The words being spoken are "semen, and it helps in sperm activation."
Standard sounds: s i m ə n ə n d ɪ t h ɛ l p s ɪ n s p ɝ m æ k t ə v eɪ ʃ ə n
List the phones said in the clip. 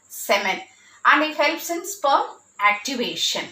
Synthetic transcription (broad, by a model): s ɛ m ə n ə n d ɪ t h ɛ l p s ɪ n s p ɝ æ k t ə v eɪ ʃ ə n